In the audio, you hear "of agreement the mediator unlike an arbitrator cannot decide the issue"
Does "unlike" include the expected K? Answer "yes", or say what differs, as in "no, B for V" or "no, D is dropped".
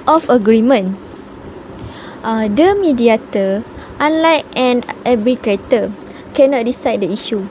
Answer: no, K is dropped